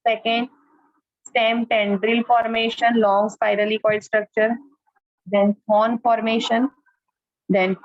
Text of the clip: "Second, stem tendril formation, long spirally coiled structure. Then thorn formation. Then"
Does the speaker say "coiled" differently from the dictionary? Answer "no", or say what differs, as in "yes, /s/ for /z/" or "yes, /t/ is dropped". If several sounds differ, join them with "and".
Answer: yes, /l/ is dropped